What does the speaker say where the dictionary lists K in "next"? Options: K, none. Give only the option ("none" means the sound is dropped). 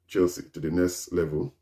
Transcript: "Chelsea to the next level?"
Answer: none